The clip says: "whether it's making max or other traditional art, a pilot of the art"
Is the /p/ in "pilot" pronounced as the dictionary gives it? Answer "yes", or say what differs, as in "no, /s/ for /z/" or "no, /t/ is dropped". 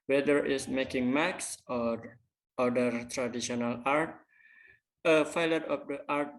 no, /f/ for /p/